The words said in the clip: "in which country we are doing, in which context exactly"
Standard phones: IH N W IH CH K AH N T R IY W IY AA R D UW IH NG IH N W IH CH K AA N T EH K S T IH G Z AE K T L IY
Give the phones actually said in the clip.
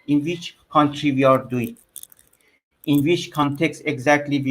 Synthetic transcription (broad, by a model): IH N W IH CH K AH N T R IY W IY AA R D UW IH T IH N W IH CH K AA N T EH K S T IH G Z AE K T L IY